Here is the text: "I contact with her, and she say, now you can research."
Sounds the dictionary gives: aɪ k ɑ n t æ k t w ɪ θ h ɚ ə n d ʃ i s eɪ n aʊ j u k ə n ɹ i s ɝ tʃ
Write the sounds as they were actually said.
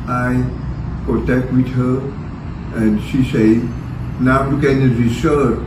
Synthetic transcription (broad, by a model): aɪ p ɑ t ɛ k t w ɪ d h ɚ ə n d ʃ i s eɪ n aʊ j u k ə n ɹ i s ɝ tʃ